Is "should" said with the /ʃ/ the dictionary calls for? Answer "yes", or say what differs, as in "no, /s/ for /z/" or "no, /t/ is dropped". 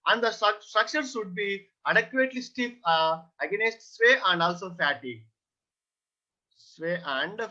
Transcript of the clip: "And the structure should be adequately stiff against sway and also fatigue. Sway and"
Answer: no, /s/ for /ʃ/